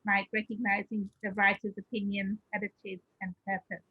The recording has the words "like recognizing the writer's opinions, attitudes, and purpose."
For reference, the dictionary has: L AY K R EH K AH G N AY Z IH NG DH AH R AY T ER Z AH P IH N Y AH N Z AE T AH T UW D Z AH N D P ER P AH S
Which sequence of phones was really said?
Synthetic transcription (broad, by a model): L AY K R EH K AH G N AY Z IH NG DH AH R AY T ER Z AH P IH N Y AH N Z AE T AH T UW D AH N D P ER P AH S